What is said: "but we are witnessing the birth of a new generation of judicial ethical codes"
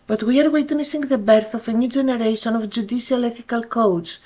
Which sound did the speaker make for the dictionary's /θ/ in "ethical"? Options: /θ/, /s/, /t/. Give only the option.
/θ/